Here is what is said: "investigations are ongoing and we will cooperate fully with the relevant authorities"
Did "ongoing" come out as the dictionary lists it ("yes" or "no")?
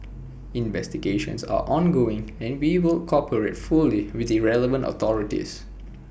yes